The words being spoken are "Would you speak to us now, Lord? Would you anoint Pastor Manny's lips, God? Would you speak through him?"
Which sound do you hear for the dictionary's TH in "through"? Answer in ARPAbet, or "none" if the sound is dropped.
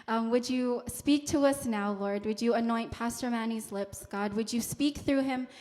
TH